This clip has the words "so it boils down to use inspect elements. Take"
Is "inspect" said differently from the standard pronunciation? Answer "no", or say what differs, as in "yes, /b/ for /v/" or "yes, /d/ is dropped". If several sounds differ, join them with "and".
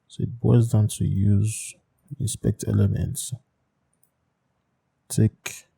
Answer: yes, /n/ is dropped